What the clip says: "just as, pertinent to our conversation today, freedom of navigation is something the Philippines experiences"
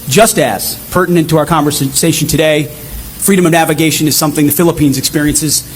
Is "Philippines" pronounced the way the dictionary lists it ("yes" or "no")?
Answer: yes